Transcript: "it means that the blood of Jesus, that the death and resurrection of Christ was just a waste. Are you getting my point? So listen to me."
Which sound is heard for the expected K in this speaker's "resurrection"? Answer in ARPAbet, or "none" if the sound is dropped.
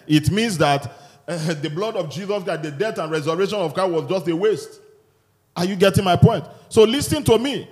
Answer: none